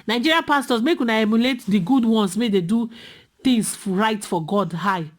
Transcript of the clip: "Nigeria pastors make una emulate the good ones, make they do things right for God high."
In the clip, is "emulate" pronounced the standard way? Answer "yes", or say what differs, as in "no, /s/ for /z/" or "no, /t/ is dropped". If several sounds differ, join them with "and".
yes